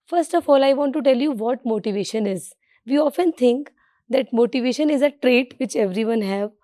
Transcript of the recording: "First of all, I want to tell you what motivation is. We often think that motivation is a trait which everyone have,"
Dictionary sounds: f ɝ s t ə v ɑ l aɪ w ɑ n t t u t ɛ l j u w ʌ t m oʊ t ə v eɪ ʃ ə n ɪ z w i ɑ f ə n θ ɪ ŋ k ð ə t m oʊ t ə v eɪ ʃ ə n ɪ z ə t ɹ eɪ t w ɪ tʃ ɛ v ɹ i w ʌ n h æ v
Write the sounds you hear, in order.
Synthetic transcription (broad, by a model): f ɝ s t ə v ɑ l aɪ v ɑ n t t u t ɛ l j u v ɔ t m oʊ t ə v eɪ ʃ ə n ɪ z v i ɑ f ə n t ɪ ŋ k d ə t m oʊ t ə v eɪ ʃ ə n ɪ z ə t ɹ eɪ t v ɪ tʃ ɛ v ɹ i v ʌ n h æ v